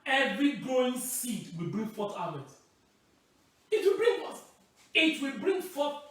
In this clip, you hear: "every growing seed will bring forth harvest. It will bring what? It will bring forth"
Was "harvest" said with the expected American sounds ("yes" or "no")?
no